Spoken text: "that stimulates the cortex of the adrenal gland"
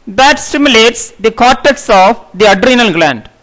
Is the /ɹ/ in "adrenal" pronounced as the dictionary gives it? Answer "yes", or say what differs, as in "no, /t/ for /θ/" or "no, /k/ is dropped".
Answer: yes